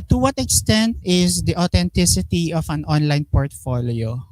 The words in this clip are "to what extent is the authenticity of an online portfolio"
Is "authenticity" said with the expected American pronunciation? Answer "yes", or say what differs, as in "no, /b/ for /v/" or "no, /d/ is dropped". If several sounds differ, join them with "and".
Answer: no, /t/ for /θ/